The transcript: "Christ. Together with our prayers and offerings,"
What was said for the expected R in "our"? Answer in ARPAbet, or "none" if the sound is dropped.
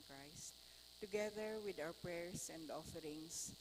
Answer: W